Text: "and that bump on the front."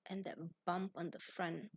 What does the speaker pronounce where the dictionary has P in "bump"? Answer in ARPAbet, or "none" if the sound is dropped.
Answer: P